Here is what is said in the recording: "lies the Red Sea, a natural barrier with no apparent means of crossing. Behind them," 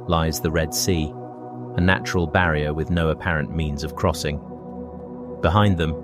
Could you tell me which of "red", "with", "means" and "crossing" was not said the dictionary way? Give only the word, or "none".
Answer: none